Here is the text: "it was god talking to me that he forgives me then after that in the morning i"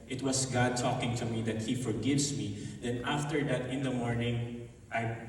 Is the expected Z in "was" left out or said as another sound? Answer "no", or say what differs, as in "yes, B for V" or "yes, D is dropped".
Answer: yes, S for Z